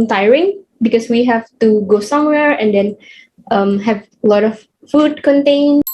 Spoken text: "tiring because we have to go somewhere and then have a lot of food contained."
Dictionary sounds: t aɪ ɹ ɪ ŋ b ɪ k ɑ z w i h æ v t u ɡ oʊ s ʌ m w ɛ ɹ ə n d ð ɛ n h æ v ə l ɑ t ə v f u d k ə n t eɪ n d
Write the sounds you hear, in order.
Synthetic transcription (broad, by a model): t aɪ ɹ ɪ ŋ b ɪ k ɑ s w i h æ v t u ɡ oʊ s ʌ m w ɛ ɹ ə n d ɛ n h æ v ə l ɑ t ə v f u d k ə n t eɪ n